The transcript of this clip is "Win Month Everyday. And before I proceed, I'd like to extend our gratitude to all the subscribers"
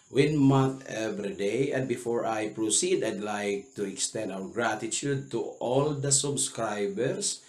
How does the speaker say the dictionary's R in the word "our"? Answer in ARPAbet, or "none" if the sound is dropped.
W